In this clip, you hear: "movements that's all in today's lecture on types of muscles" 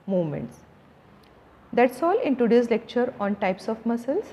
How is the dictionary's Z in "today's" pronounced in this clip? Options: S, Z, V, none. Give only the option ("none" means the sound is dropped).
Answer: S